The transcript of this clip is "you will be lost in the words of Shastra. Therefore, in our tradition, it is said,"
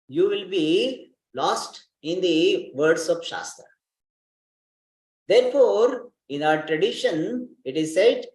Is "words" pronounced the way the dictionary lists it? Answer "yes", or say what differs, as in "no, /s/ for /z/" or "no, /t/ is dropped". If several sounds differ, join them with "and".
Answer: no, /s/ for /z/